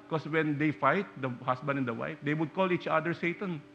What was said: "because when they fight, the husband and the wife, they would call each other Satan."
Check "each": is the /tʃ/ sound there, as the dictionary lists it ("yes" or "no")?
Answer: yes